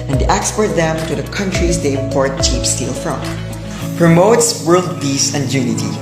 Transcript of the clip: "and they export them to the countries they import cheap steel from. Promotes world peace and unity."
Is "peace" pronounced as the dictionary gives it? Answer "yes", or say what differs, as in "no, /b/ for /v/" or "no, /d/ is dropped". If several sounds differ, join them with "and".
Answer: no, /b/ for /p/